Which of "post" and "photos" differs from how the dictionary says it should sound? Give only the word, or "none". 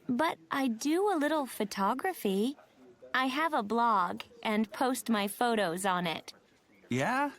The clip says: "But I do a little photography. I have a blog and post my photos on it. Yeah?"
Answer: none